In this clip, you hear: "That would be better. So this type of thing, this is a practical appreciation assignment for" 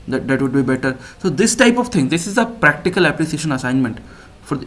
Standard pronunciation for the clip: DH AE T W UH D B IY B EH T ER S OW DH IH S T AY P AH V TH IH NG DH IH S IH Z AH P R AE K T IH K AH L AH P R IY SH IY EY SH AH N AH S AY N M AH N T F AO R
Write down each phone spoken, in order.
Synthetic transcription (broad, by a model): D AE T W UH D B IY B EH T ER S OW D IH S T AY P AH V T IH NG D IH S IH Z AH P R AE K T IH K AH L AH P L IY S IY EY SH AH N AH S AY N M AH N T F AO R